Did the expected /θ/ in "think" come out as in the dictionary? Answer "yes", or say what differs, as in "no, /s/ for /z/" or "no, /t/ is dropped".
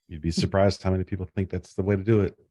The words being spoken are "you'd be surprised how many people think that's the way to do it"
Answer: yes